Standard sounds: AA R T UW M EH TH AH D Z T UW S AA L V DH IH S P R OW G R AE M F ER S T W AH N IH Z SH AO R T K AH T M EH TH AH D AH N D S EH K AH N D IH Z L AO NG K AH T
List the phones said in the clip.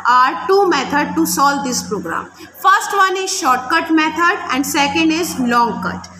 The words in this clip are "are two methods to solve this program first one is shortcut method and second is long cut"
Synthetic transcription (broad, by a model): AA R T UW M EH T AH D T UW S AA L V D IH S P R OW G R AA M F ER S T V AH N IH Z SH AO R T K AH T M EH T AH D AH N D S EH K AH N D IH Z L AO NG K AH T